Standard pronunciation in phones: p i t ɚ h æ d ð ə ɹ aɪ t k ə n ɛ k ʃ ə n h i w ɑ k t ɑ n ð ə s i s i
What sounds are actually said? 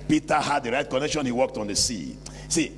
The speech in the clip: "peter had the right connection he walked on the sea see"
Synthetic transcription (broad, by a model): p i t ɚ h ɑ d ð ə ɹ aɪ t k ə n ɛ k ʃ ə n h i w ɑ k t ɑ n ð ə s i s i